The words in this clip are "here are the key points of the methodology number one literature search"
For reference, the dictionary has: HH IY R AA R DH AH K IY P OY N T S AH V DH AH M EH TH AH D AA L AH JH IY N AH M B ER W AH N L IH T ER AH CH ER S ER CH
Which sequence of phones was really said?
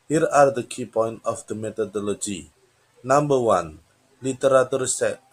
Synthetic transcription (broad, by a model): HH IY R AA R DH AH K IY P OY N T AH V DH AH M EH T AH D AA L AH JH IY N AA M B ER W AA N L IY T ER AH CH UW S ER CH